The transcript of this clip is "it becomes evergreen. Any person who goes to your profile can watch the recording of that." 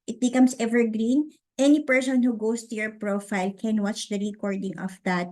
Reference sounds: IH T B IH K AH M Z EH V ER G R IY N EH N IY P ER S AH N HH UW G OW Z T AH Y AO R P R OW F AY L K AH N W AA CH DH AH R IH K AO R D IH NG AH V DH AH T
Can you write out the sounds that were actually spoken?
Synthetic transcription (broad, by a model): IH T B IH K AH M S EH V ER G R IY N EH N IY P ER S AH N HH UW G OW S T AH Y AO R P R OW F AY L K AH N W AA CH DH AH R IH K AO R D IH NG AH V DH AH T